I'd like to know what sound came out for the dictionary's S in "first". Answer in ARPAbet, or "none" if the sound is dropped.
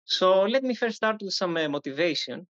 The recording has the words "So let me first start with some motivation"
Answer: none